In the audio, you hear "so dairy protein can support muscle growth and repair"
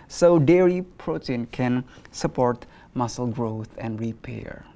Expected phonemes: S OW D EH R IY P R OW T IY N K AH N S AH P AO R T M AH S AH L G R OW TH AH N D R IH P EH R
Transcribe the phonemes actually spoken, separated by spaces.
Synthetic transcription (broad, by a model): S OW D EH R IY P R OW T IY N K AH N S AH P AO R T M AH S AH L G R OW TH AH N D R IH P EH R